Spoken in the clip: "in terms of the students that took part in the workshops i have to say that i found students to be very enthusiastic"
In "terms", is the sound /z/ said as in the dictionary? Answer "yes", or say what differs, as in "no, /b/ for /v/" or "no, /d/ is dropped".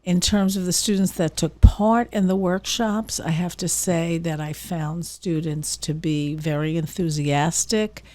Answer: yes